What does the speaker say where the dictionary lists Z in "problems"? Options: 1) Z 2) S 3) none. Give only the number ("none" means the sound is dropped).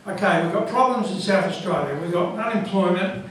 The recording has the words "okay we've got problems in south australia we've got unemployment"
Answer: 1